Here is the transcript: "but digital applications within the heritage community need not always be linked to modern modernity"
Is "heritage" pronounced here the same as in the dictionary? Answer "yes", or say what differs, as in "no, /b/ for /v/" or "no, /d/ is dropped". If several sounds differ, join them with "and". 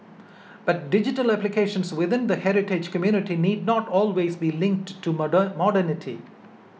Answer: yes